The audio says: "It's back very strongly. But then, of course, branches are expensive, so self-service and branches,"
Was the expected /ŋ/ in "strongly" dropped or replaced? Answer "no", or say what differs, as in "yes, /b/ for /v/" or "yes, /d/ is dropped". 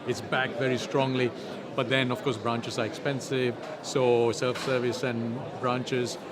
no